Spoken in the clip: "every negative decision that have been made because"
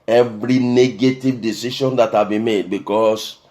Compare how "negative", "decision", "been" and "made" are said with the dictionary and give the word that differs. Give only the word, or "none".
decision